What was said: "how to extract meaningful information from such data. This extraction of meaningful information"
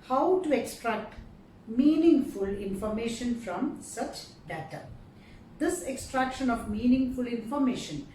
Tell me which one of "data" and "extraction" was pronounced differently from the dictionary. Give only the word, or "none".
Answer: none